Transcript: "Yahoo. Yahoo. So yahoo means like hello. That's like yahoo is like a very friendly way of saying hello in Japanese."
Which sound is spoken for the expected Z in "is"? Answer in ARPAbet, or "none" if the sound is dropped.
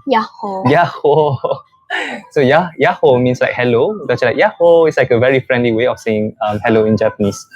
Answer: S